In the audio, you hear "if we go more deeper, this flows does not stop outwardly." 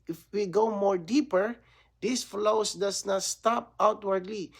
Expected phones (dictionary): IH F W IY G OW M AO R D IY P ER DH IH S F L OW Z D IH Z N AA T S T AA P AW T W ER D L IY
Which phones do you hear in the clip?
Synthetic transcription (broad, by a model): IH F W IY G OW M AO R D IY P ER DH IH S F L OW S D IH S N AA T S T AA P AW T W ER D L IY